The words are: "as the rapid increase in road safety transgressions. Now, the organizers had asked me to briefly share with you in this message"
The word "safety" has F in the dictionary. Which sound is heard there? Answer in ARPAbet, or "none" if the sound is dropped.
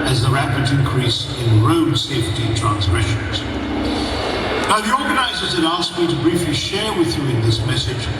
F